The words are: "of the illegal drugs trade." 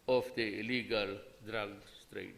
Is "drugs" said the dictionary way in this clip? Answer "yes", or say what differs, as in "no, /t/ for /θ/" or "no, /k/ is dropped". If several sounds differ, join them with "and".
no, /s/ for /z/